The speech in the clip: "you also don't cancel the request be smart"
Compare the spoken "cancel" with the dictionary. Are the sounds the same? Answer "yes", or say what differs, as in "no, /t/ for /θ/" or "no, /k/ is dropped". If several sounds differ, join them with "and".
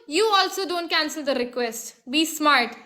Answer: yes